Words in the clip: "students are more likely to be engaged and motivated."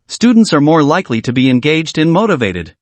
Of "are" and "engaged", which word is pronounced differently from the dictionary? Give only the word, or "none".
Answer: none